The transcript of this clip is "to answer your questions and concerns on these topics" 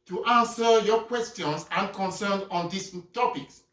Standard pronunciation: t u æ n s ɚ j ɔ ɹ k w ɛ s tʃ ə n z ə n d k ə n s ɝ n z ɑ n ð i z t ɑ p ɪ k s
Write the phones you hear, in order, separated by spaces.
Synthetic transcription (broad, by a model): t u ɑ n s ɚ j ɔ k w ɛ s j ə n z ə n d k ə n s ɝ n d ɑ n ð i s t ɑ p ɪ k s